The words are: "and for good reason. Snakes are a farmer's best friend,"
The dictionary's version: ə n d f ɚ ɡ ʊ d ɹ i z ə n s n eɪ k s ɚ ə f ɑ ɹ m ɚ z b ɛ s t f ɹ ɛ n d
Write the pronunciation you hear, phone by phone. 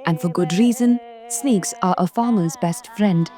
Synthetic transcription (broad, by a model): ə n f ɚ ɡ ʊ d ɹ i z ə n s n eɪ k s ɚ ə f ɑ ɹ m ɚ z b ɛ s t f ɹ ɛ n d